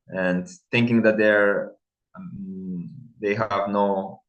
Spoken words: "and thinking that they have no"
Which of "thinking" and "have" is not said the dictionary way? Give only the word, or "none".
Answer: none